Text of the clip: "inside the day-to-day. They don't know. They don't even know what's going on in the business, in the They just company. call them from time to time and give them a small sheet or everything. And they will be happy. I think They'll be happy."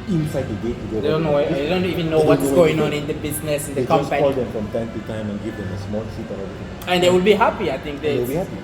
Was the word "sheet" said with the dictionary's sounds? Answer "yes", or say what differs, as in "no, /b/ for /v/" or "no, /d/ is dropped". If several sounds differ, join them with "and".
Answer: no, /s/ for /ʃ/